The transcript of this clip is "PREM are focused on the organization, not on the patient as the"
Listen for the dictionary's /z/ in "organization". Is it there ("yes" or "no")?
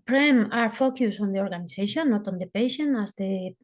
no